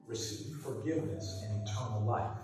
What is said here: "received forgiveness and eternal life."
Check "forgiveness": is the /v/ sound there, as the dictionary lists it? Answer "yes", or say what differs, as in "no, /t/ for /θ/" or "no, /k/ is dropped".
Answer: yes